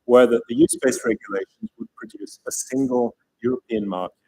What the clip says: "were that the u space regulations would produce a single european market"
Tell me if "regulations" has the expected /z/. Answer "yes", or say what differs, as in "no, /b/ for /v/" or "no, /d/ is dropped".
yes